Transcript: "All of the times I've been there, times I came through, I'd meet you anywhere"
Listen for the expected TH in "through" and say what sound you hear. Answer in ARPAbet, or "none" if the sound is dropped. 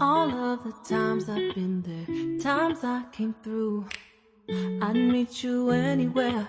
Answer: TH